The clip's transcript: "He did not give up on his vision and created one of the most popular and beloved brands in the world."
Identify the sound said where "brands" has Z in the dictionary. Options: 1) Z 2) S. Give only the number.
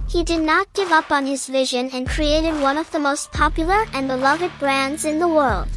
1